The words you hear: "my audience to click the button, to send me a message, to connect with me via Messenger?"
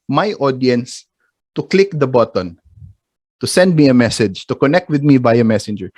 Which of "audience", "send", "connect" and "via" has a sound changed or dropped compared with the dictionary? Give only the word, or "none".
via